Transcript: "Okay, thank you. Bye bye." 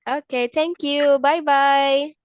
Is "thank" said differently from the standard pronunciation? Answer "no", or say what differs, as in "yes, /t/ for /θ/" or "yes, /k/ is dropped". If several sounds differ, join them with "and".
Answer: yes, /t/ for /θ/